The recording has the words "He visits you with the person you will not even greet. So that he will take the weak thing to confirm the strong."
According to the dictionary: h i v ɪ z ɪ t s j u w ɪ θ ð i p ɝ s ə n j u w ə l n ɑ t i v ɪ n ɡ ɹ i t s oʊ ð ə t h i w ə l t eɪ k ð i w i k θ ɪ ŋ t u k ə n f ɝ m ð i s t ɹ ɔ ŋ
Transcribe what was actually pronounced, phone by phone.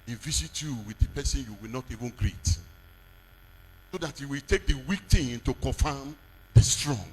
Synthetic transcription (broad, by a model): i v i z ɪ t j u w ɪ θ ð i p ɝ s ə n j u w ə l n ɑ t i v ɪ n ɡ ɹ i t s oʊ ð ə t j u w ə l t eɪ k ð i w i k t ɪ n t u k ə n f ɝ m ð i s t ɹ ɔ ŋ